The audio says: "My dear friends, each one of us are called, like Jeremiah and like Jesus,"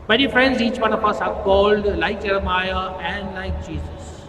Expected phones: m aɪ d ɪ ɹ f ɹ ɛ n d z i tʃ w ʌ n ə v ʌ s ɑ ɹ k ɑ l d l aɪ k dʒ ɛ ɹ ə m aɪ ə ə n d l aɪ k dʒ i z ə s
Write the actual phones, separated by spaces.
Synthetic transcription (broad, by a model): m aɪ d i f ɹ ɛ n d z i tʃ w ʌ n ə p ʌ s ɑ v k ɑ l d l aɪ k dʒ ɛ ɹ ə m aɪ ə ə n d l aɪ k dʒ i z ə s